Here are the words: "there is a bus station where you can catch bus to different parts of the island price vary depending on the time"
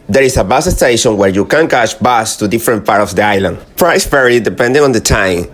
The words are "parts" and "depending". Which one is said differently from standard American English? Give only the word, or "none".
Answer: parts